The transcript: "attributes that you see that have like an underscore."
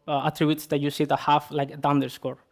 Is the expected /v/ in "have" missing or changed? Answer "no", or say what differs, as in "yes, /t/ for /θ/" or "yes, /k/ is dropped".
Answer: yes, /f/ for /v/